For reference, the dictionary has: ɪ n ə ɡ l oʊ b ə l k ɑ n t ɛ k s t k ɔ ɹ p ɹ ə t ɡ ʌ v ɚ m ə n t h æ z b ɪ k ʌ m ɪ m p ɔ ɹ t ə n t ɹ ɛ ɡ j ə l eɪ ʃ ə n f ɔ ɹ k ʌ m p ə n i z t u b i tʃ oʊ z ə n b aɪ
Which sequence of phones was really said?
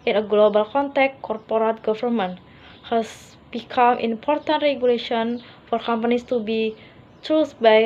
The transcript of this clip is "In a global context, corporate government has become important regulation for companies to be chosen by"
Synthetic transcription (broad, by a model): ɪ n ə ɡ l oʊ b ə l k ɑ n t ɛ k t k ɔ ɹ p ɹ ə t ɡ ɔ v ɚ m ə n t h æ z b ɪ k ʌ m ɪ m p ɔ ɹ t ə n t ɹ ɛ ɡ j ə l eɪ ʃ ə n f ɔ ɹ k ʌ m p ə n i s t u b i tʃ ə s b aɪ